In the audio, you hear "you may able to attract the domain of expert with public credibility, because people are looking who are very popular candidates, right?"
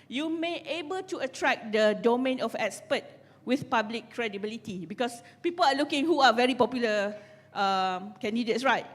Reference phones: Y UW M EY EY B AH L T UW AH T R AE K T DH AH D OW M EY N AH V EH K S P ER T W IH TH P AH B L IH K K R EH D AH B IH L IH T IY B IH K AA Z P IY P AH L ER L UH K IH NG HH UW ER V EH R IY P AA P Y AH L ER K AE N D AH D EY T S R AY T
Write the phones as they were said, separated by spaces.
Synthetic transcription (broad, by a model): Y UW M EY EY B AH L T UW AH T R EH K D AH D OW M EY N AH F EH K S P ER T W IH TH P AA B L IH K K R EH D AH B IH L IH T IY B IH K AA S P IY P AH L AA L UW K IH NG HH UW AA V EH R IY P AA P Y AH L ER K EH N D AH D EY T S R AY T